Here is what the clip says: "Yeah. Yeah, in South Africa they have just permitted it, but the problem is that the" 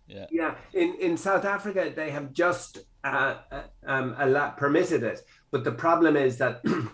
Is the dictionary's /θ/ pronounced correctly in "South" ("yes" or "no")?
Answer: yes